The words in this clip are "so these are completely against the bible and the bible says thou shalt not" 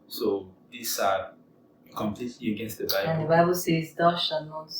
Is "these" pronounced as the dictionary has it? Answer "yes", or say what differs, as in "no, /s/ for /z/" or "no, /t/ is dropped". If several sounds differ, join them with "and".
no, /s/ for /z/